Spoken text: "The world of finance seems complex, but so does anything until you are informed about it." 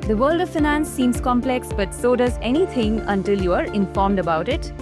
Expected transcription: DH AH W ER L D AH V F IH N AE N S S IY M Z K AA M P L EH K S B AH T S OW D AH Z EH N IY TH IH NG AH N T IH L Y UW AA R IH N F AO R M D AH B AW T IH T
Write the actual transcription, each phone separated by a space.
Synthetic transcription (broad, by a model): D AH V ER L D AH V F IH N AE N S S IY M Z K AA M P L EH K S B AH T S OW D AH Z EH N IY T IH NG AH N T IH L Y UW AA R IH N F AO R M D AH B AW T IH T